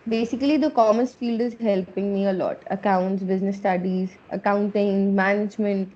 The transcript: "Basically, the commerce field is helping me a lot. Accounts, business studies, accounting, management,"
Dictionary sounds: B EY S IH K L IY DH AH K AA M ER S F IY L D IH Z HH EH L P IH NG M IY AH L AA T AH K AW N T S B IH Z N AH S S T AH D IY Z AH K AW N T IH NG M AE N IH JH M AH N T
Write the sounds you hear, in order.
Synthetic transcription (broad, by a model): B EY S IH K L IY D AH K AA M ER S F IY L D IH Z HH EH L P IH NG M IY AH L AA T AH K AW N T S B IH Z N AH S S T AH D IY Z AH K AW N T IH NG M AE N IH JH M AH N T